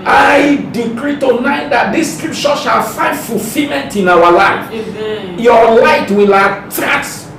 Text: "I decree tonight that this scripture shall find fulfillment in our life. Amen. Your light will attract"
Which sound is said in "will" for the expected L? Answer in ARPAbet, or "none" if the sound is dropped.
L